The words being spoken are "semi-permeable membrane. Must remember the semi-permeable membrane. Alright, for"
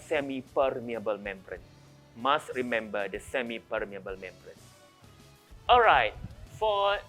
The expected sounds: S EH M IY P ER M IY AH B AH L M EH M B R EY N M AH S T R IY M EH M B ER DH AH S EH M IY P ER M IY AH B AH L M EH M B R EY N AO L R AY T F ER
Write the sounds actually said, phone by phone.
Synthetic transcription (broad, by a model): S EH M IY P ER M IY AH B AH L M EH M B R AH N M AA S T R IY M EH M B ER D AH S EH M IY P ER M IY AH B AH L M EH M B R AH N AO L R AY T F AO